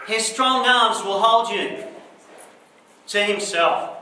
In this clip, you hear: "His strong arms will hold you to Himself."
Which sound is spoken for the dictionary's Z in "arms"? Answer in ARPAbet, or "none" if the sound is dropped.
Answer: Z